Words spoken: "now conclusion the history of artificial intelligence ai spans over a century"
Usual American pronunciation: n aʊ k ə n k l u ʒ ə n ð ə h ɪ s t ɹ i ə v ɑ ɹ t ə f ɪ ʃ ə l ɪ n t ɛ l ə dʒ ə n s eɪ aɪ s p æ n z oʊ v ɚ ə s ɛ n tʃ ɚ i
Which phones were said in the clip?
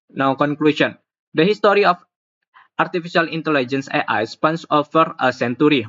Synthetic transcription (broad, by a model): n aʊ k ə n k l u s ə n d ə h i s t ɹ i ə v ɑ ɹ t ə f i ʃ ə l ɪ n t ɛ l ə dʒ ə n s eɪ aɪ s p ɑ n s oʊ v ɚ ə s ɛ n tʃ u i